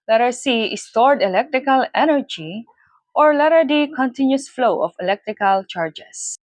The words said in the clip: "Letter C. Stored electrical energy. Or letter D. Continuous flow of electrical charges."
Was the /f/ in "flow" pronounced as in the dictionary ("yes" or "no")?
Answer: yes